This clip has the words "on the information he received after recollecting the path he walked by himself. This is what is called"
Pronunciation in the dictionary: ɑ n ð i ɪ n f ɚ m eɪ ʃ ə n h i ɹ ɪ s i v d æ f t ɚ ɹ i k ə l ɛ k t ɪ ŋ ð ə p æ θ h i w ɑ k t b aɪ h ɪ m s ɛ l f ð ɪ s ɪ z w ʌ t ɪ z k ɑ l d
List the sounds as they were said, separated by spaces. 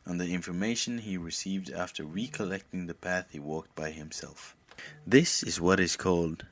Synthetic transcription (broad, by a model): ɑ n ð i ɪ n f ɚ m eɪ ʃ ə n i ɹ ɪ s i v d æ f t ɚ ɹ i k ə l ɛ k t ɪ ŋ ð ə p æ θ h i w ɑ k t b aɪ h ɪ m s ɛ l f ð ɪ s ɪ z w ʌ t ɪ z k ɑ l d